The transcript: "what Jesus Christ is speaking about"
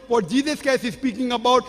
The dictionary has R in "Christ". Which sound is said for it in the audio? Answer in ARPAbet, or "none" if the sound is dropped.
none